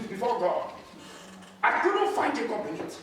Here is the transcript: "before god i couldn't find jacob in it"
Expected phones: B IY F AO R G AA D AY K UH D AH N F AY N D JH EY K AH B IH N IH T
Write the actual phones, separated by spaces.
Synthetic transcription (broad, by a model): B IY F AO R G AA AY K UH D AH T F AY N D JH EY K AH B IH N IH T